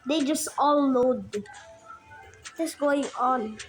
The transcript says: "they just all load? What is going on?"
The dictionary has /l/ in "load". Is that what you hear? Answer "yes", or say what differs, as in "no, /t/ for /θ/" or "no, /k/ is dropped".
no, /n/ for /l/